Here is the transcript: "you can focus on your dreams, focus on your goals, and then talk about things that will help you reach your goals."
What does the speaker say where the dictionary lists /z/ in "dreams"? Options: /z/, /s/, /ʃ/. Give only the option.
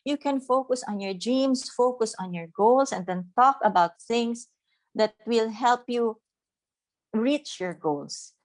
/s/